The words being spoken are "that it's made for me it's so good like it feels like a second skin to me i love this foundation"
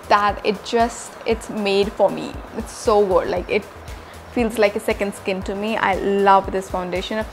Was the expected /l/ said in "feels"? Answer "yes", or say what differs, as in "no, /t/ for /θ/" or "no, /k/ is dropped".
yes